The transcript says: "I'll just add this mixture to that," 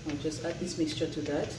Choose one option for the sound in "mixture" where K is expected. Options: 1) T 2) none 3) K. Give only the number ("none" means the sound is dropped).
3